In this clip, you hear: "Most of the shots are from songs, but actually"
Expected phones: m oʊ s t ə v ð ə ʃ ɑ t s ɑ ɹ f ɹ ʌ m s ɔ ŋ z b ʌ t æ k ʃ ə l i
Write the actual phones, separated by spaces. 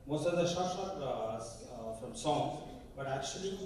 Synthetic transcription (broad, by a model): m oʊ s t ə v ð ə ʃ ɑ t ʃ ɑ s f ɹ ʌ m s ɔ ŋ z b ʌ t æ k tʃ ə l i